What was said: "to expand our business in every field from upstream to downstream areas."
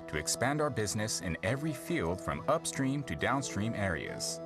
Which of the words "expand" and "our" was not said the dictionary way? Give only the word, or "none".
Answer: none